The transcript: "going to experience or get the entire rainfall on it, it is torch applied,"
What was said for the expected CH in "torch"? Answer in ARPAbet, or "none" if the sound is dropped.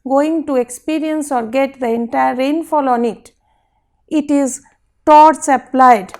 S